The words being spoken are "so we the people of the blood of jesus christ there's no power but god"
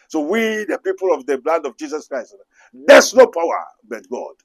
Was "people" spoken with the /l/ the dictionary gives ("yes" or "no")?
yes